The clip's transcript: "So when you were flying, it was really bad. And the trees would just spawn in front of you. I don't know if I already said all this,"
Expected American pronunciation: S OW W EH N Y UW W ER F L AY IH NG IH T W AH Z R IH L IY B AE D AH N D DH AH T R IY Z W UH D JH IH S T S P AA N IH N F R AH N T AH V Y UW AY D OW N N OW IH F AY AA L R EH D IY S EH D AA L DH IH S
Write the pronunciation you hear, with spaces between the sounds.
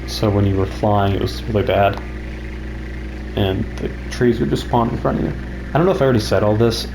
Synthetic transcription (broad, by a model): S OW W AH N Y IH W ER F L AY IH NG IH T W AH Z R IH L IY B AE D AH N DH AH T R IY Z W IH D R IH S S P AA N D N F R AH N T AH V Y UW AY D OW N N OW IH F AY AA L R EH D IY S EH D AA L DH IH S